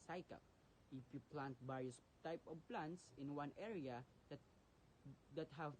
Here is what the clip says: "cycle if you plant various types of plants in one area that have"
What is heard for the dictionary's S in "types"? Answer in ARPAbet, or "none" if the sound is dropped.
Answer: none